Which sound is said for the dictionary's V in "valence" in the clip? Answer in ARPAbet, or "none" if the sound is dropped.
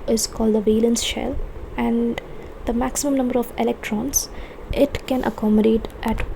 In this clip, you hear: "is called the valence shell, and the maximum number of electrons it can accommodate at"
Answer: V